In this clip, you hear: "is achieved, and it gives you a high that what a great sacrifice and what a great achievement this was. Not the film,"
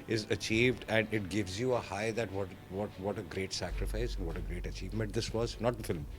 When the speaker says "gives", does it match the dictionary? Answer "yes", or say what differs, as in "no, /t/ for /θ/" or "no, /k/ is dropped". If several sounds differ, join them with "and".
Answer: yes